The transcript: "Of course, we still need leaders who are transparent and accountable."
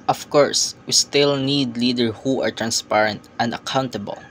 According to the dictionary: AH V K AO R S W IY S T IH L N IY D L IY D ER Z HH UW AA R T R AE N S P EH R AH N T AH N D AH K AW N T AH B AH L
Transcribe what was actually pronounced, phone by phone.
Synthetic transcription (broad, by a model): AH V K AO R S W IY S T IH L N IY D L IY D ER HH UW AA R T R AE N S P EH R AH N T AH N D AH K AW N T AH B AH L